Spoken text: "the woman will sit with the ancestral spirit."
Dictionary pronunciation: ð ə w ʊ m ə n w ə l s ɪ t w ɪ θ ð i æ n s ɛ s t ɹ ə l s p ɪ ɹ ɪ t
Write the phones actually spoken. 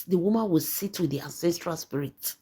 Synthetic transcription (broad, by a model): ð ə w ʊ m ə n w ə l s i t w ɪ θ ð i æ n s ɛ s t ɹ ə l s p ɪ ɹ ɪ t